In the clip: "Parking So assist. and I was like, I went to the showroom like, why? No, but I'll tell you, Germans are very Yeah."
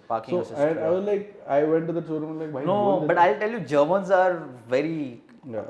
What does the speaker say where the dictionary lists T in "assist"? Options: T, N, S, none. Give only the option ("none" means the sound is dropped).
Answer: none